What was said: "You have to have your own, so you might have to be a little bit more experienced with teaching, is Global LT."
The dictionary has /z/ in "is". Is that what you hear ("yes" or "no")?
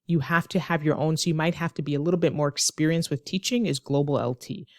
yes